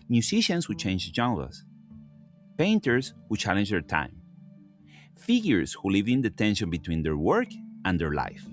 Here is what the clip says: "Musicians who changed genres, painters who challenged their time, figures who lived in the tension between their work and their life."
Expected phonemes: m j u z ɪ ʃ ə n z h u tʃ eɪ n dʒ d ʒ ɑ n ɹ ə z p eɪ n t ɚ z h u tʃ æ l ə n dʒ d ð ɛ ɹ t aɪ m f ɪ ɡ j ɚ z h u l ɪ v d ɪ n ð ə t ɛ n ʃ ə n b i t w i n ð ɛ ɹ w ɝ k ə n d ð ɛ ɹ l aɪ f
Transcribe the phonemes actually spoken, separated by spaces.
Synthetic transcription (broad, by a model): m j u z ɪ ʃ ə n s h u tʃ eɪ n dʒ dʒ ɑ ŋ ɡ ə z p eɪ n t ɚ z h u tʃ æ l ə n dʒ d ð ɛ ɹ t aɪ m f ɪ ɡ j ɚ s h u l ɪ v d ɪ n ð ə t ɛ n ʃ ə n b i t w i n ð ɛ ɹ w ɝ k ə n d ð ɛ ɹ l aɪ f